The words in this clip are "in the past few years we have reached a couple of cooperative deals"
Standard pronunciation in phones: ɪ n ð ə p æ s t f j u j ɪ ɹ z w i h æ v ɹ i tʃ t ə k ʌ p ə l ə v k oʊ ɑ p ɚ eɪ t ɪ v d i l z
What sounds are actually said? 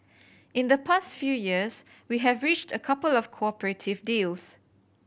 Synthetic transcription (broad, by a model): ɪ n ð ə p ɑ s t f j u j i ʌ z w i h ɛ v ɹ i tʃ t ə k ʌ p ə l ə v k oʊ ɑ p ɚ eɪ t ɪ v d i l s